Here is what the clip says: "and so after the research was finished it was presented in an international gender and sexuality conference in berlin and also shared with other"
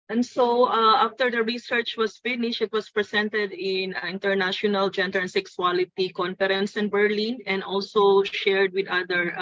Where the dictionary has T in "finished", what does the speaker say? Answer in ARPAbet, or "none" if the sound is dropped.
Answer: none